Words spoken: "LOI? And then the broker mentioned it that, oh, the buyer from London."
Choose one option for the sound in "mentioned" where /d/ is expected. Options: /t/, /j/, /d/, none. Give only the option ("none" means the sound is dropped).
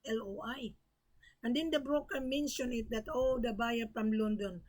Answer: none